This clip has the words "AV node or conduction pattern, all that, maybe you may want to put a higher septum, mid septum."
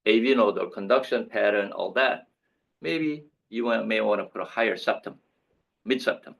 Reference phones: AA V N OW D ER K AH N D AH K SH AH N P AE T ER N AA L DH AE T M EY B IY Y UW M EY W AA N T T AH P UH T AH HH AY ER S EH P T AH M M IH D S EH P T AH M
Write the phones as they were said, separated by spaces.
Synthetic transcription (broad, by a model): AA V N OW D ER K AH N D AH K SH AH N P AE T ER N AA L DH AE T M EY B IY Y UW M EY W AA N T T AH P UH T AH HH AY ER S EH P T AH M M IH D S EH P T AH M